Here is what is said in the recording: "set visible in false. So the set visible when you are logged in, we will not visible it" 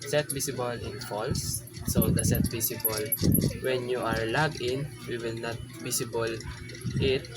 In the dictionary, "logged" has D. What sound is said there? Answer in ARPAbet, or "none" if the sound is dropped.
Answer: none